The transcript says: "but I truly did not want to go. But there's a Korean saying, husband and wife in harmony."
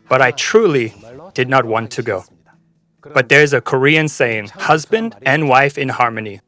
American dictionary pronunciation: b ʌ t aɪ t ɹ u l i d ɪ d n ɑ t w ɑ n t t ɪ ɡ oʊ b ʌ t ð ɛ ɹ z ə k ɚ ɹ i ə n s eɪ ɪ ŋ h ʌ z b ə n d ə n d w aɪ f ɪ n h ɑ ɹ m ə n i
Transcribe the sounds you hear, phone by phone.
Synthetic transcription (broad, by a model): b ʌ t aɪ t ɹ u l i d ɪ d n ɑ t w ɑ n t t ɪ ɡ oʊ b ʌ t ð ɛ ɹ z ə k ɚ ɹ i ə n s eɪ ɪ ŋ h ʌ z b ə n d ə n w aɪ f ɪ n h ɑ ɹ m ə n i